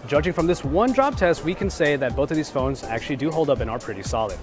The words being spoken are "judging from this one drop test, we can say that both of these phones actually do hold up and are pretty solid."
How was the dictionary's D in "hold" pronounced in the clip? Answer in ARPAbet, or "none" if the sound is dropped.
D